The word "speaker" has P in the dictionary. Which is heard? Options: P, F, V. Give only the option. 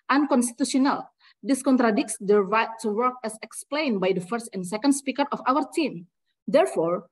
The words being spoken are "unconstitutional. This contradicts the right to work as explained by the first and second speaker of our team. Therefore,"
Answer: P